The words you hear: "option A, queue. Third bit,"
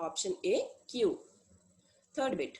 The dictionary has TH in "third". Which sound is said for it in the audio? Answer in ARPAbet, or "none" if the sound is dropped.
T